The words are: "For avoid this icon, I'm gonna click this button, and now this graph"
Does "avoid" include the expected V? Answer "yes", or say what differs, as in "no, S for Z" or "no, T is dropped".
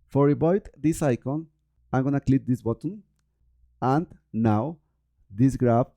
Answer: no, B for V